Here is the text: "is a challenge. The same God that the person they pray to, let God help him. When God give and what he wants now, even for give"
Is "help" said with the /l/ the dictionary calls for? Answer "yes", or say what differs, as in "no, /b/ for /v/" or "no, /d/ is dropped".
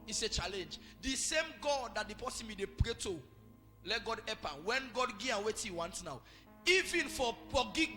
no, /l/ is dropped